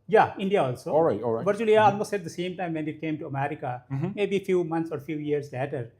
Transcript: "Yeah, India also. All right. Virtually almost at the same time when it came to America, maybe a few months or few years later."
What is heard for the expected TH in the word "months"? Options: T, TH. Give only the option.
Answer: T